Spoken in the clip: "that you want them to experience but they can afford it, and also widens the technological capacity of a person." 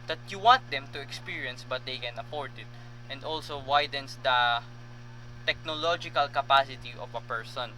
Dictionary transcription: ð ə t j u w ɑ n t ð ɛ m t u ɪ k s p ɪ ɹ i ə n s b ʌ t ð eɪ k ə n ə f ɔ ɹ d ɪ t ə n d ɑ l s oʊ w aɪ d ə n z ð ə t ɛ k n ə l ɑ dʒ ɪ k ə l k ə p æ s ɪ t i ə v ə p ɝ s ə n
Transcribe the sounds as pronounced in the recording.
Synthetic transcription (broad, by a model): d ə t j u w ɑ n t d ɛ m t u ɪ k s p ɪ ɹ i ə n s b ʌ t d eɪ k ə n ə p ɔ ɹ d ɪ t ə n d ɑ l s oʊ w aɪ d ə n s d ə t ɛ k n ə l ɑ dʒ ɪ k ə l k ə p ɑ s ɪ t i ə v ə p ɝ s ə n